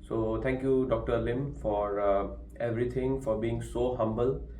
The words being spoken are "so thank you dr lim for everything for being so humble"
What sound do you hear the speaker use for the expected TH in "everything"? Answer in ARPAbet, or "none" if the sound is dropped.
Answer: T